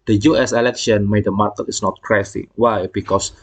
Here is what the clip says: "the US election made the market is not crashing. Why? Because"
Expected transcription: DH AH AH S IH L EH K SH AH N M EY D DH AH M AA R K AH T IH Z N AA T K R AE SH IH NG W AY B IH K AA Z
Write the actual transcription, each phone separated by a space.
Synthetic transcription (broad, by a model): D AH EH S IH L EH K SH AH N M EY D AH M AA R K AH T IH S N AA T K R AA S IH W AY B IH K AA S